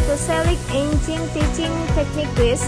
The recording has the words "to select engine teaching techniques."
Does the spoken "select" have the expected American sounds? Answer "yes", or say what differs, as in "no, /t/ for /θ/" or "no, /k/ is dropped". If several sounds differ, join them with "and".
no, /t/ is dropped